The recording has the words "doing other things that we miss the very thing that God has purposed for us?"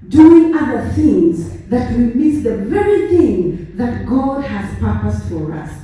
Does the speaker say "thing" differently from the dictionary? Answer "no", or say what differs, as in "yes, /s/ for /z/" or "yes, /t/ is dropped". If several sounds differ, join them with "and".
no